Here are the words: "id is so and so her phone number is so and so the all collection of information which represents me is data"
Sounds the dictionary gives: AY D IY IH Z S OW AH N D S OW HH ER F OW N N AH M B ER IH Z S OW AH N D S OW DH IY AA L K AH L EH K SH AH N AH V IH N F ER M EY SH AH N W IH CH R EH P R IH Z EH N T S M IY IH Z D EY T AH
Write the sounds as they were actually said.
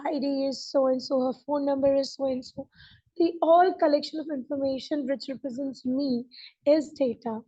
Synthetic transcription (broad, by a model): AY D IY IH Z S OW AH N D S OW HH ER F OW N N AH M B ER IH Z S OW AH N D S OW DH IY AA L K AH L EH K SH AH N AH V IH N F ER M EY SH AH N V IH CH R EH P R IH Z EH N T S M IY IH Z D EY T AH